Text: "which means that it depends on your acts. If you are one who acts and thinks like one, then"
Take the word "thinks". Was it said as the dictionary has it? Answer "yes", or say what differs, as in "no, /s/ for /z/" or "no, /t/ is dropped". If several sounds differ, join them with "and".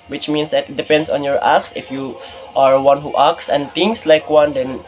no, /k/ is dropped